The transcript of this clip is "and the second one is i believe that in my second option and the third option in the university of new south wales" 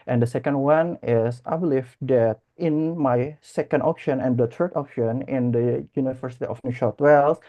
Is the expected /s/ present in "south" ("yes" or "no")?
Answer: no